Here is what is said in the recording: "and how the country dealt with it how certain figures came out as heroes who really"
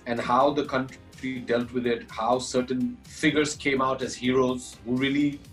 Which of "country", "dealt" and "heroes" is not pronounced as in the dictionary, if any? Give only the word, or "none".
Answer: none